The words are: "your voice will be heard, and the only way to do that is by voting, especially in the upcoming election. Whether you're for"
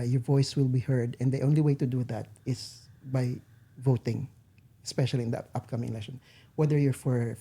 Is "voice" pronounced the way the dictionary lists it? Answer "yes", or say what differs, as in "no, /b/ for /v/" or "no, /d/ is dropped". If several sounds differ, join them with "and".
yes